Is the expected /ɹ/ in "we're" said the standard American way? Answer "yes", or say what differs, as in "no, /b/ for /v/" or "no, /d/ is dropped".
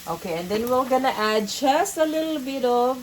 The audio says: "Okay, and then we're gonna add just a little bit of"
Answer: no, /l/ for /ɹ/